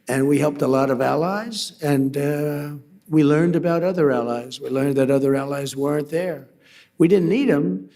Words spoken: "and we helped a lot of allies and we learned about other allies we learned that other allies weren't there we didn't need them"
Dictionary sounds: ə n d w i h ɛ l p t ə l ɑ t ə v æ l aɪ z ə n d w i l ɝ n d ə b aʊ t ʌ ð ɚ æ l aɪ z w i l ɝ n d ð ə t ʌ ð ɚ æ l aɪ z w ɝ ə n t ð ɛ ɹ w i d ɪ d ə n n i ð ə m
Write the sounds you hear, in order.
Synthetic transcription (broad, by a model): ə n w i h ɛ l p t ə l ɑ t ə v æ l aɪ z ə n w i l ɝ n d ə b aʊ t ʌ ð ɚ æ l aɪ z w i l ɝ n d ð ə t ʌ ð ɚ æ l aɪ z w ɝ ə n ð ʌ ɹ w i d ɪ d n n i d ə m